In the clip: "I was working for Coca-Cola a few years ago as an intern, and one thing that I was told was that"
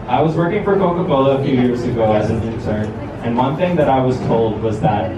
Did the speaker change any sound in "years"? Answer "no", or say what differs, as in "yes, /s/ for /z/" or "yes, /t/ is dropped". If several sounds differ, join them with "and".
no